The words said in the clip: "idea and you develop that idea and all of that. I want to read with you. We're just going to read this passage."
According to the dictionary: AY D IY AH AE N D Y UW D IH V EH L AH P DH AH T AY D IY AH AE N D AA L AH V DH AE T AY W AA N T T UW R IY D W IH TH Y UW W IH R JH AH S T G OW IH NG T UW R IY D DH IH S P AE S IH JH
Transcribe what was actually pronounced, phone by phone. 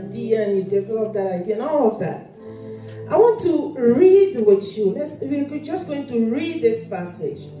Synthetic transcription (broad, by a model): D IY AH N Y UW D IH F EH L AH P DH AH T AY D IY AH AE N AA L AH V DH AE T AY W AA N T T UW R IY D W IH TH Y UW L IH W JH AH S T G OW IH NG T UW R IY D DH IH S P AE S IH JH